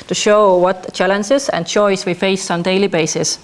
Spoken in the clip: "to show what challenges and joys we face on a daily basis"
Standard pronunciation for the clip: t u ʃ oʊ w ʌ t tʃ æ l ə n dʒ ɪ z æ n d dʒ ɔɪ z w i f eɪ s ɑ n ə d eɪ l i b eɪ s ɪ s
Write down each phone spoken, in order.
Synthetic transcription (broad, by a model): t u ʃ oʊ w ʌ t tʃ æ l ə n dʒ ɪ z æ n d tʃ ɔɪ s w i f eɪ s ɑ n d eɪ l i b eɪ s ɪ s